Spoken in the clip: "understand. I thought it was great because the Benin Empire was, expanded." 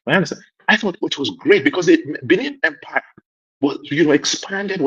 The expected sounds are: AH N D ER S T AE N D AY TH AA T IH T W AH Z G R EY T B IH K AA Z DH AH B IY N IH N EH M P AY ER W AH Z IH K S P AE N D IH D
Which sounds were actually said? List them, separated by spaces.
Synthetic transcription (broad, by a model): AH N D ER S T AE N AY TH AA T IH T W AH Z G R EY T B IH K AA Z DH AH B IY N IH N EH M P AY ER W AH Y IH K S P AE N D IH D